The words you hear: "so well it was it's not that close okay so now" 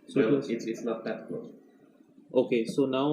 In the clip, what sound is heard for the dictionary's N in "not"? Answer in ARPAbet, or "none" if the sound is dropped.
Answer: L